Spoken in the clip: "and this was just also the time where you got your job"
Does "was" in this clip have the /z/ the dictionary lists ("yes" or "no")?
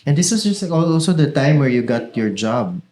no